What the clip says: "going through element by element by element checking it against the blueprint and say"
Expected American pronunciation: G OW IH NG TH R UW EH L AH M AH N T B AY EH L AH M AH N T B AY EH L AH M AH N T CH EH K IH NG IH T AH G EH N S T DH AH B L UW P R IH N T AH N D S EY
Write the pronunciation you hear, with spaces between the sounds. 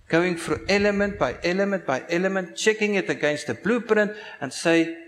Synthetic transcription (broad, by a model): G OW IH NG F R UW EH L AH M AH N T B AY EH L AH M AH N T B AY EH L AH M AH N T CH EH K IH NG IH T AH G EH N S T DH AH B L UW P R IH N T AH N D S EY